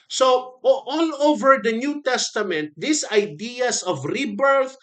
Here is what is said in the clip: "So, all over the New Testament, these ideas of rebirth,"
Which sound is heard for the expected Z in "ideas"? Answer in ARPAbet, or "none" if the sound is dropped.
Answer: S